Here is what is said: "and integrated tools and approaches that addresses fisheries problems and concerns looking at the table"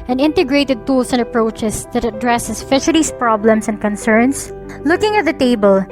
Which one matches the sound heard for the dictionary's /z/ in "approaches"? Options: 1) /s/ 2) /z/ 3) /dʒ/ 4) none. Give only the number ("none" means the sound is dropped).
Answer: 1